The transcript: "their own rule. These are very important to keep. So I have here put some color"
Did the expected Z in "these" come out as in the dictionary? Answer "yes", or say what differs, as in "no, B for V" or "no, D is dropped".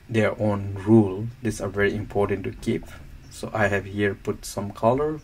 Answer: no, S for Z